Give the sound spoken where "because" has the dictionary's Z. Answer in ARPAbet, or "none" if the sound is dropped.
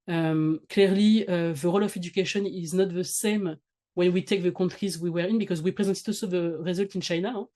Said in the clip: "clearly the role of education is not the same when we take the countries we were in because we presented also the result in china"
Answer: Z